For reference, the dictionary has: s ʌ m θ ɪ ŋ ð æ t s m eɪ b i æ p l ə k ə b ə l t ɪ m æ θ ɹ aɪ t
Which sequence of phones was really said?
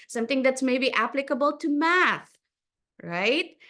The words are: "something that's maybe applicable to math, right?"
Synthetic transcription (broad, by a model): s ʌ m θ ɪ ŋ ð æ t s m eɪ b i æ p l ə k ə b ə l t ɪ m æ θ ɹ aɪ t